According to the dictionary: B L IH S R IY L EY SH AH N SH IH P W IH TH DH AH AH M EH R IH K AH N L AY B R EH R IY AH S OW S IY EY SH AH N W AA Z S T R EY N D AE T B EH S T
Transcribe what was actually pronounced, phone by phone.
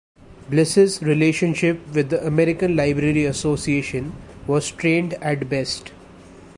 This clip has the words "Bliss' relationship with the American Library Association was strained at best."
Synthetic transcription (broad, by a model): B L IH S R IY L EY SH AH N SH IH P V IH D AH AH M EH R IH K AH N L AY B R EH R IY AH S OW S IY EY SH AH N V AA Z T R EY N D AE T B EH S T